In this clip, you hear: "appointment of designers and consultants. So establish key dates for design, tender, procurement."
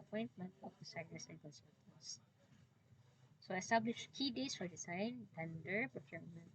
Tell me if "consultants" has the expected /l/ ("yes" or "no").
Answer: no